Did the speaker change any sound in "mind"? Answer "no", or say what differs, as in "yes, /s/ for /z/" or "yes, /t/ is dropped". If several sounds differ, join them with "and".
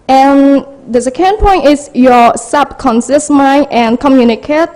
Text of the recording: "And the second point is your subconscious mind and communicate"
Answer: yes, /d/ is dropped